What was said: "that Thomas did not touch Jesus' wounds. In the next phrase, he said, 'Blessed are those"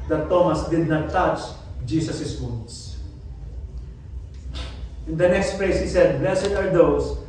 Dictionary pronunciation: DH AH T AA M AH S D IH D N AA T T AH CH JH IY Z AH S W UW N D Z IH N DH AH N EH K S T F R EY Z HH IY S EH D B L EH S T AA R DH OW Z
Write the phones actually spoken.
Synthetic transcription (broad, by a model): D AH T AA M AH S D IH D N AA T T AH CH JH IY S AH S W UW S IH N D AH N EH K S T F L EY S HH IY S EH D B L EH S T AA R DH OW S